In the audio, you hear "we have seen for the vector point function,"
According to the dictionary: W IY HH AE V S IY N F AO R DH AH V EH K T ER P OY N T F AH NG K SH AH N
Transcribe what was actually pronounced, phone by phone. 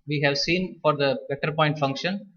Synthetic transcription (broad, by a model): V IY HH AE V S IY N F AO R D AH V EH T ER P OY N T F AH NG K SH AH N